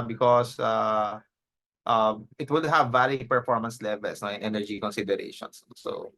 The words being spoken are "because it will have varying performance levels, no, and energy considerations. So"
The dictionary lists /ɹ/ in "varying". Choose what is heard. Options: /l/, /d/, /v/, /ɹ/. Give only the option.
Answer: /l/